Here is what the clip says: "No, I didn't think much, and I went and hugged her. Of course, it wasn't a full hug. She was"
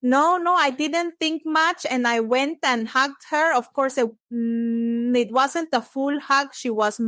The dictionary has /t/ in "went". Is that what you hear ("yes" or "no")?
yes